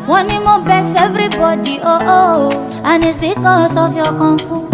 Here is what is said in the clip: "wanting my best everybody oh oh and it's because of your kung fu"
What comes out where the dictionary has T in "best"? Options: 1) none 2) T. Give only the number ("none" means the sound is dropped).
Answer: 1